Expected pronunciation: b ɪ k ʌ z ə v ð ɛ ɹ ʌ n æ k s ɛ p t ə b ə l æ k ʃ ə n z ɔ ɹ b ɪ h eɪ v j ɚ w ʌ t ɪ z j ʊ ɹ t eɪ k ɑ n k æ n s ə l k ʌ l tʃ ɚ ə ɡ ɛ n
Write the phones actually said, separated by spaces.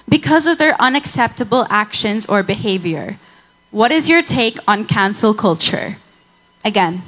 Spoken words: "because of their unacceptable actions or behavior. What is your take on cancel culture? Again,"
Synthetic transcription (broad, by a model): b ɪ k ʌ z ə v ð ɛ ɹ ʌ n æ k s ɛ p t ə b ə l æ k ʃ ə n z ɔ ɹ b ɪ h eɪ v j ɚ w ʌ t ɪ z j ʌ ɹ t eɪ k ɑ n k æ n s ə l k ʌ l tʃ ɚ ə ɡ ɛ n